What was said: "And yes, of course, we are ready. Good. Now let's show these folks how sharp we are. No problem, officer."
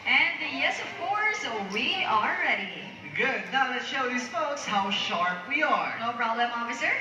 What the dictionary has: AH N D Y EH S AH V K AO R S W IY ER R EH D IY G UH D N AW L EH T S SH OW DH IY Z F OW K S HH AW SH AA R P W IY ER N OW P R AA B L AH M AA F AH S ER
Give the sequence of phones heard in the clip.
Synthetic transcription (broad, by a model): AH N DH Y EH S AH V K AO R S W IY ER R EH D IY G UH D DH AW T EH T SH OW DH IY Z F OW K S HH AW SH AA R P W IY ER N OW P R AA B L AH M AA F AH S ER